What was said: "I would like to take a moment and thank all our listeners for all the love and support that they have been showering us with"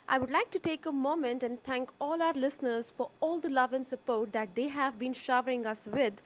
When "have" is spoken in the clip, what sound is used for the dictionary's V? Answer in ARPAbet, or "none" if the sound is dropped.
V